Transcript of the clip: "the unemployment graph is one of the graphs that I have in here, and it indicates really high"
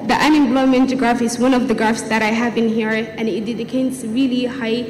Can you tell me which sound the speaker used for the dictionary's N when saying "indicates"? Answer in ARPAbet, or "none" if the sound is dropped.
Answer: none